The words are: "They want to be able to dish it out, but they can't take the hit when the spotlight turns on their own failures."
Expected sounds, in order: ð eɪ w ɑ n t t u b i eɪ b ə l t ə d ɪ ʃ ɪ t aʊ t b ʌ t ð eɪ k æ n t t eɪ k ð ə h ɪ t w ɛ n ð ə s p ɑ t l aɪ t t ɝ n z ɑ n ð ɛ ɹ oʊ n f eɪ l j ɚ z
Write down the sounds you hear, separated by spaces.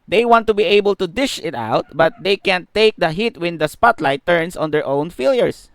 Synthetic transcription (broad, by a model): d eɪ w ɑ n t t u b i eɪ b ə l t ə d ɪ ʃ ɪ t aʊ t b ʌ t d eɪ k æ n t t eɪ k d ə h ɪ t w ɛ n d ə s p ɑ t l aɪ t t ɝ n s ɑ n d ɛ ɹ oʊ n f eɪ l j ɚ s